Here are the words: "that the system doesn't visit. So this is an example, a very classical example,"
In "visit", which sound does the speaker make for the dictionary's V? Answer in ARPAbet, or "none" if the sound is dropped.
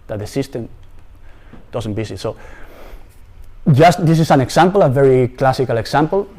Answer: B